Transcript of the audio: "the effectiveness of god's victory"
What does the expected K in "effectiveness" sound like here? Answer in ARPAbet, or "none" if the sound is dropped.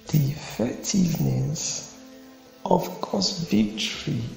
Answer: none